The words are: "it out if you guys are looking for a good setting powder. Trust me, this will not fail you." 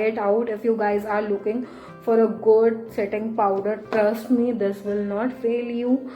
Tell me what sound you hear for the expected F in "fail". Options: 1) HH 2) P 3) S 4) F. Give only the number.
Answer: 4